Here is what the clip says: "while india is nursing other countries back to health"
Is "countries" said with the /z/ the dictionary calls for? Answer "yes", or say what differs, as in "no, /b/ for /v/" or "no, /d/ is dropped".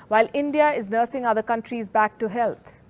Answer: yes